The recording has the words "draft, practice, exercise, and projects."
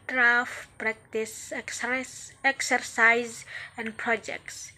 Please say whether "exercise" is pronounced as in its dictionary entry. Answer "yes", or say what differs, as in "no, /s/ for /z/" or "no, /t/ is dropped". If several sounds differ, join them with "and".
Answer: yes